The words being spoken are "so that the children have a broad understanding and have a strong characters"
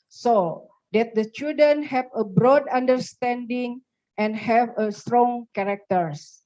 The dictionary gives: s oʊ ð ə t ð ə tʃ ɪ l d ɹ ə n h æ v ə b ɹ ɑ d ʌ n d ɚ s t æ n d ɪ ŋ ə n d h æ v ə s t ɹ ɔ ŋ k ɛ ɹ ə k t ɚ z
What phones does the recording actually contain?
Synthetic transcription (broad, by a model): s oʊ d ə t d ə tʃ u d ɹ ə n h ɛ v ə b ɹ ɑ d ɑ n d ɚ s t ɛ n d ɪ ŋ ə n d h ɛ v ə s t ɹ ɔ ŋ k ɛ ɹ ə k t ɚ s